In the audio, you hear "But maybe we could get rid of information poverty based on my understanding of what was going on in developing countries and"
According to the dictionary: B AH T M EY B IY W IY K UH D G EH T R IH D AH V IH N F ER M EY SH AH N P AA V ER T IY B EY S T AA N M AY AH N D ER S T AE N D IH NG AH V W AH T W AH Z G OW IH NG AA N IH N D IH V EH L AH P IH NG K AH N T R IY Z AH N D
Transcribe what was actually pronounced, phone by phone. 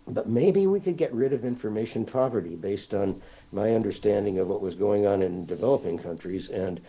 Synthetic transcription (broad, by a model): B AH T M EY B IY W IY K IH D G EH T R IH D AH V IH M F ER M EY SH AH N P AA V ER T IY B EY S T N M AY AH N D ER S T AE N D IH NG AH V W AH T W AH Z G OW IH NG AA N IH N D IH V EH L AH P IH NG K AH N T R IY Z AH N